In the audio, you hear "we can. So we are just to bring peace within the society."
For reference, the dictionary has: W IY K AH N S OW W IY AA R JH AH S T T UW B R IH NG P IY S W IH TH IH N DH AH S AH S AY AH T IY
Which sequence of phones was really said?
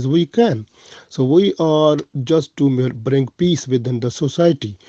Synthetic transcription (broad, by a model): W IY K AH N S OW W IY AA R JH AH S T T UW B R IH NG P IY S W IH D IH N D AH S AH S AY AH T IY